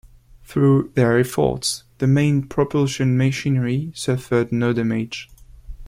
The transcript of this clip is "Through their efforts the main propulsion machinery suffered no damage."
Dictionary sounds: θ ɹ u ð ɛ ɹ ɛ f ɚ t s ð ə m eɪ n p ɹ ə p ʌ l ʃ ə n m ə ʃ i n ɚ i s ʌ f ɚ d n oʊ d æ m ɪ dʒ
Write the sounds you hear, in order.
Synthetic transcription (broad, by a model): θ ɹ u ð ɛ ɹ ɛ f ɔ t s ð ə m eɪ n p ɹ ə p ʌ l ʃ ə n m ə ʃ i n ɚ i s ʌ f ɚ d n oʊ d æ m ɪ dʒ